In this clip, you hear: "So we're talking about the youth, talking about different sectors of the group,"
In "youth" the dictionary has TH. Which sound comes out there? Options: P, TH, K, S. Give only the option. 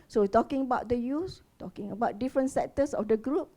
S